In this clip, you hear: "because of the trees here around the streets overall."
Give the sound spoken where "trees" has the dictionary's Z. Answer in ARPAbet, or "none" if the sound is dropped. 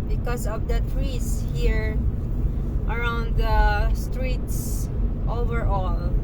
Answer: S